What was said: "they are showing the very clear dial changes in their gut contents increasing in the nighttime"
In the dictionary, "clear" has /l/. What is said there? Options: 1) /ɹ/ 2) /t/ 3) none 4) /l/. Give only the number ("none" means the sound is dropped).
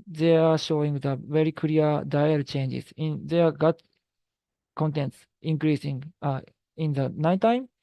3